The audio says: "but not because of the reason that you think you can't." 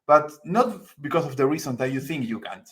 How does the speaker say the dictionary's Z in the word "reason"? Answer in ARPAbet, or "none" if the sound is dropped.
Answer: S